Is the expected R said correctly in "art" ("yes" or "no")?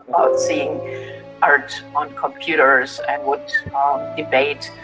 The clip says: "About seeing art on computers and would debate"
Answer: yes